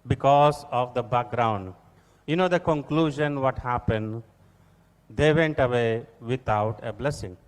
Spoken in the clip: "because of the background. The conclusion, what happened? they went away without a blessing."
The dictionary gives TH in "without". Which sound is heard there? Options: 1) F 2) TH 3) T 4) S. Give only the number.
3